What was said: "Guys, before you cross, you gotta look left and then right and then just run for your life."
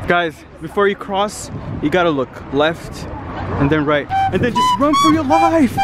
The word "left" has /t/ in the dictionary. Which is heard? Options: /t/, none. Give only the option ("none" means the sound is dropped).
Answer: /t/